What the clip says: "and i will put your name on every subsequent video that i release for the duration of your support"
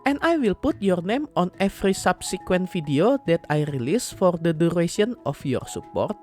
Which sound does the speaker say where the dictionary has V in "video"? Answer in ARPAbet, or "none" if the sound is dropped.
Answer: F